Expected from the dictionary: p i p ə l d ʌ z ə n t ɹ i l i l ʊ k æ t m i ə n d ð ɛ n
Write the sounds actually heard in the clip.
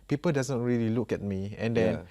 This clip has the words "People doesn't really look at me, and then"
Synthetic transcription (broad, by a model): p i p ə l d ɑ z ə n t ɹ i l i l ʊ k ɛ t m i ə n d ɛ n